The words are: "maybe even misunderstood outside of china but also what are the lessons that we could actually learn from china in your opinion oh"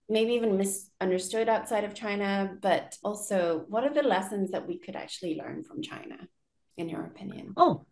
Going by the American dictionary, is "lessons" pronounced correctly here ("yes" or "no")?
yes